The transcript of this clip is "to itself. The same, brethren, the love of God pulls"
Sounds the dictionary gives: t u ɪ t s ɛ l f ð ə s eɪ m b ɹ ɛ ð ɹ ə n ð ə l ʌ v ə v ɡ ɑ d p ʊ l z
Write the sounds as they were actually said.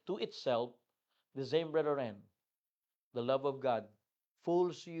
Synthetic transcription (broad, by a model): t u ɪ t s ɛ l f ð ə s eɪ m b ɹ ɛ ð ɹ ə n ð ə l ʌ v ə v ɡ ɑ d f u l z